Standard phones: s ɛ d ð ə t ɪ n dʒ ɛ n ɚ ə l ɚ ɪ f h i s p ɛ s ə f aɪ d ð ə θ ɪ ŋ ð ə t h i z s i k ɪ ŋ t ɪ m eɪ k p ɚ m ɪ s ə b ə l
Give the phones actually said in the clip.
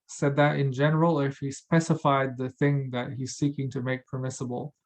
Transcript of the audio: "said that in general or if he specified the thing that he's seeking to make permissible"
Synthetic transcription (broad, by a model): s ɛ d ð ə t ɪ n dʒ ɛ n ɚ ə l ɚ ɪ f h i s p ɛ s ə f aɪ d ð ə θ ɪ ŋ ð ə t h i z s i k ɪ ŋ t ɪ m eɪ k p ɚ m ɪ s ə b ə l